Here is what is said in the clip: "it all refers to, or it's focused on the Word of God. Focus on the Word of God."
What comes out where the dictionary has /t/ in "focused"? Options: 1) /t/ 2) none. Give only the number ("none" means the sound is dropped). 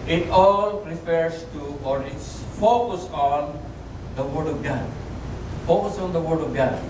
2